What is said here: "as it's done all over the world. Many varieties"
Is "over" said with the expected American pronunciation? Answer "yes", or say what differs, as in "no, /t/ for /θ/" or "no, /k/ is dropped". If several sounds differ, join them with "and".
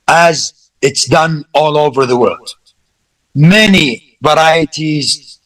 yes